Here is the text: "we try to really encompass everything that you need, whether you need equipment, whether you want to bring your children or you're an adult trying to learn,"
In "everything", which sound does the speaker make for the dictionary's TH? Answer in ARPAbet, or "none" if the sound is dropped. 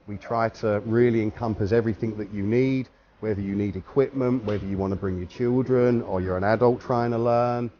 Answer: TH